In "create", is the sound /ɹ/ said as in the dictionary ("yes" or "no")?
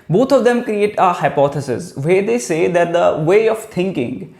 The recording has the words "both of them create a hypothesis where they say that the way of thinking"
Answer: yes